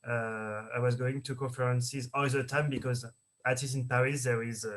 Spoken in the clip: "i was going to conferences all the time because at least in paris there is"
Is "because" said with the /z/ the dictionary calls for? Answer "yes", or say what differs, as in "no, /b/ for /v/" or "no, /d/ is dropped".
yes